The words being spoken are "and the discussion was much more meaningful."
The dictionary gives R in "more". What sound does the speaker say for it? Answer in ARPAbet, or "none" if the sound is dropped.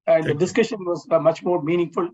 R